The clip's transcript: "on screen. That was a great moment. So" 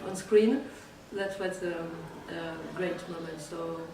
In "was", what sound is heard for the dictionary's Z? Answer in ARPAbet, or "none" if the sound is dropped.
S